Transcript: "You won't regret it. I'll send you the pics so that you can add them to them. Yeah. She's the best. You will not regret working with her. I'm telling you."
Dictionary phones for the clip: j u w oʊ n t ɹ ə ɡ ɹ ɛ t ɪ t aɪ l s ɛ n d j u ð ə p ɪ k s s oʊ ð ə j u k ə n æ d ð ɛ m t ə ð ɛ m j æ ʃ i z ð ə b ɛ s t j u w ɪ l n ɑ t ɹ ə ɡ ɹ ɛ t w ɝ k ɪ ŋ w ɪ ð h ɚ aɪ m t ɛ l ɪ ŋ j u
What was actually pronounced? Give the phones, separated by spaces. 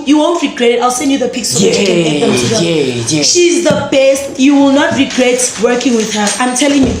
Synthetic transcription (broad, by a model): j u w oʊ n t ɹ ə ɡ ɹ ɛ t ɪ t aɪ l s ɛ n d j u ð ə p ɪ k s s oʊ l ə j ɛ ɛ ʃ i z ð ə b ɛ s t j u w ɪ l n ɑ t ɹ ə ɡ ɹ ɛ t w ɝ k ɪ ŋ w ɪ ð h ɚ aɪ m t ɛ l ɪ ŋ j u